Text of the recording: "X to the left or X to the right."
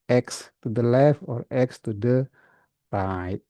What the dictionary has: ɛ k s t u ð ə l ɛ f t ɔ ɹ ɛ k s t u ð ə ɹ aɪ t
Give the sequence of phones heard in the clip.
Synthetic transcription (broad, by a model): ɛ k s t u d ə l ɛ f ɔ ɹ ɛ k s t u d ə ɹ aɪ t